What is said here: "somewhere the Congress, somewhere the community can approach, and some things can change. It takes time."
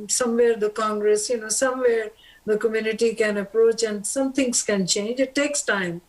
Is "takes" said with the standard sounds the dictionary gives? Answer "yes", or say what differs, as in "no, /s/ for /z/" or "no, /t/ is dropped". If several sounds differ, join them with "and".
yes